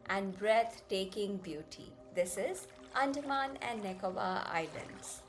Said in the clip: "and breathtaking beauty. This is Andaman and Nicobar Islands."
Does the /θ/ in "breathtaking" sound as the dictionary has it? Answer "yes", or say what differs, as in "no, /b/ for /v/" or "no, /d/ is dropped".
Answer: no, /t/ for /θ/